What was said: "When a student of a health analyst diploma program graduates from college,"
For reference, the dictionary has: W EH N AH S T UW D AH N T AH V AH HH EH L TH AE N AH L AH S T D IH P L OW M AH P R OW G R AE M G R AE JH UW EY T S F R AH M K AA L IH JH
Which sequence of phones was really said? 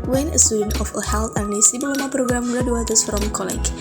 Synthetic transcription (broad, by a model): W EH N AH S T UW D AH N T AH F AH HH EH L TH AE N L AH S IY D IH L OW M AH P R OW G R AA M G R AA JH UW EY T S F R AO M K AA L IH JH